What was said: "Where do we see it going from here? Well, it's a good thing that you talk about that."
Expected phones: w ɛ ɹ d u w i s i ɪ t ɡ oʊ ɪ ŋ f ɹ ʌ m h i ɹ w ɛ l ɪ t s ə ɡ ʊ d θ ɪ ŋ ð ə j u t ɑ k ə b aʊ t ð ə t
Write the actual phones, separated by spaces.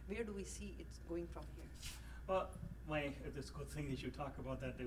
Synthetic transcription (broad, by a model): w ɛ ɹ d u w i s i ɪ t ɡ oʊ ɪ ŋ f ɹ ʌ m h i ɹ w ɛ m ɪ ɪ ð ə ɡ ʊ d θ ɪ ŋ ð ə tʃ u t ɑ k ə b aʊ t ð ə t